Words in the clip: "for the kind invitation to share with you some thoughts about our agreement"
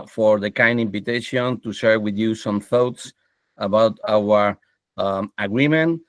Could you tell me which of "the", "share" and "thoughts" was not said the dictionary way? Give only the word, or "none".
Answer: none